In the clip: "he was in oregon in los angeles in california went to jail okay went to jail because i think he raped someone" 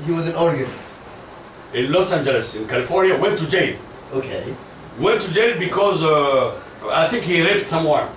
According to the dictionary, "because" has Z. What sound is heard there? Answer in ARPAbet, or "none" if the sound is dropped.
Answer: Z